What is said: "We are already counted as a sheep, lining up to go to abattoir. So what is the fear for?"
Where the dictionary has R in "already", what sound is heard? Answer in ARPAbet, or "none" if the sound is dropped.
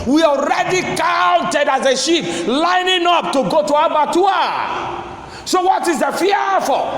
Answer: R